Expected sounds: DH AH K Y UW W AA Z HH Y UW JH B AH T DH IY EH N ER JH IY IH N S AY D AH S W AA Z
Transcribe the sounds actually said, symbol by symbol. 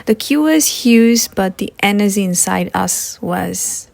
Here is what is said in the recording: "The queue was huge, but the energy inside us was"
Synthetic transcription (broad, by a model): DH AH K Y UW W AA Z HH Y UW Z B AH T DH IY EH N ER Z IY IH N S AY D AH S W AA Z